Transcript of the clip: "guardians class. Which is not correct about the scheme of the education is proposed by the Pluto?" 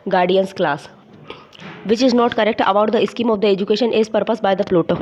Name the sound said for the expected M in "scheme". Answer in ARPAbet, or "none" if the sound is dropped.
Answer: M